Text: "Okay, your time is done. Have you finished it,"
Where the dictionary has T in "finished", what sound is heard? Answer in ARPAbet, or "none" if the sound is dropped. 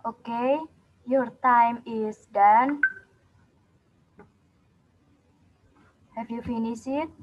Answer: none